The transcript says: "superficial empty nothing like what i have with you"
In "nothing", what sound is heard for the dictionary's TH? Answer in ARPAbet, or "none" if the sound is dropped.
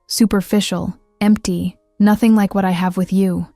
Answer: TH